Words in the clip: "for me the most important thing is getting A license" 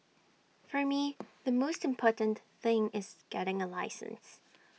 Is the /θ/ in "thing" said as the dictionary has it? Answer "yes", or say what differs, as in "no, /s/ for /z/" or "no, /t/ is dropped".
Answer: yes